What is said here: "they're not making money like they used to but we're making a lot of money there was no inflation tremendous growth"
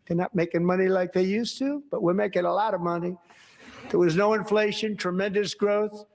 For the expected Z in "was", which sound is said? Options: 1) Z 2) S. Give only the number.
1